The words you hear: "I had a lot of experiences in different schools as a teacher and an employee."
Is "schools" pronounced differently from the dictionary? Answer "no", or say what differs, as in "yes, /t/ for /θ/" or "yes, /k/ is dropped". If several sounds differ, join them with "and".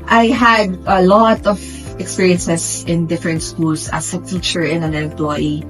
yes, /s/ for /z/